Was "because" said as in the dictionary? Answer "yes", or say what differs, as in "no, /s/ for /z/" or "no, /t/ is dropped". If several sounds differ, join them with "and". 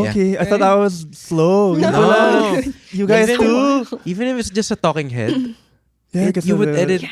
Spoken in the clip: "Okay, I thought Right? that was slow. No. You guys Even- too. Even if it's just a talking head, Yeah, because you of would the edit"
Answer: no, /z/ is dropped